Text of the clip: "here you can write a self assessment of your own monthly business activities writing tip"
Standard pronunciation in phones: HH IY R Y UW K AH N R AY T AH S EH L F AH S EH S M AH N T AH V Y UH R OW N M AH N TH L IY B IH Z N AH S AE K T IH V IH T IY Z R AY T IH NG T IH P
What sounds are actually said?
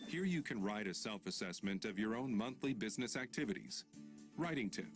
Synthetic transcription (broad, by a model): HH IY R Y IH K AH N R AY T AH S EH L F AH S EH S M AH N T AH V Y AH R OW N M AH N TH L IY B IH Z N AH S AE K T IH V IH T IY Z R AY T IH NG T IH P